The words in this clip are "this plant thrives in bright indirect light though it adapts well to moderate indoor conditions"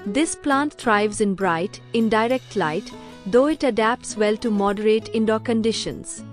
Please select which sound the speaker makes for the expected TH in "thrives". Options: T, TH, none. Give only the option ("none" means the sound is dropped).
T